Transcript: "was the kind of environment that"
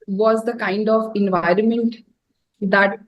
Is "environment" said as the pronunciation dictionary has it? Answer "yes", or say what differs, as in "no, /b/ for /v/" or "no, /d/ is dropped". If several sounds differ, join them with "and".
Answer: yes